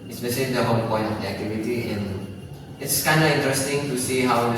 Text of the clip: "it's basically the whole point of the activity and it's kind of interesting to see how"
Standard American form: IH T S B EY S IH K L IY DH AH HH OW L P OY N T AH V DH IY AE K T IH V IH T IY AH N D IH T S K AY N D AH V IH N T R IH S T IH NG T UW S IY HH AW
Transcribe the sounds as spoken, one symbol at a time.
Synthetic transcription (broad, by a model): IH S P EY SH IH L IY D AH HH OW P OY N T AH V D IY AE K T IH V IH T IY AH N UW IH T S K AY N D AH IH N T R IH S T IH NG T UW S IY HH AW